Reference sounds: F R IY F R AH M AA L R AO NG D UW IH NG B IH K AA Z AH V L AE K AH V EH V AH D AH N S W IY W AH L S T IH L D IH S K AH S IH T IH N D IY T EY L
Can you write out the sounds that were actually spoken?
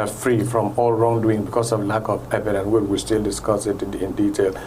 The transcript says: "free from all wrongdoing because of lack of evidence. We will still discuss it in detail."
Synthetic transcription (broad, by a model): F R IY F R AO M AA L R AO NG D UW IH NG B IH K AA S AH V L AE K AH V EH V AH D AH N W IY W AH S T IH L D IH S K AH S IH T IH N D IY T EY L